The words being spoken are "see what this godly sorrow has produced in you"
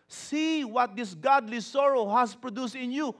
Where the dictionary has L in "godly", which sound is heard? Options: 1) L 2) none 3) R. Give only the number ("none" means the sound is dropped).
1